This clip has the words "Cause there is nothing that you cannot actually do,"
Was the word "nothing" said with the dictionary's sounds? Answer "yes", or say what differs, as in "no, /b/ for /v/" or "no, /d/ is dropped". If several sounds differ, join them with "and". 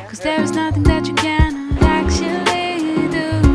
yes